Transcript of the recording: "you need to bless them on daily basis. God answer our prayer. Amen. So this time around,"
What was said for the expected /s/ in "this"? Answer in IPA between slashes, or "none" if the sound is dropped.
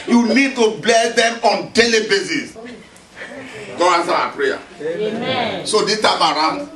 none